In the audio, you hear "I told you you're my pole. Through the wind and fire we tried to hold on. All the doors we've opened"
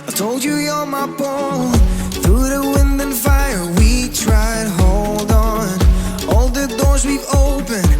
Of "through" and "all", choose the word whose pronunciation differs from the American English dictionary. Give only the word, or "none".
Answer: none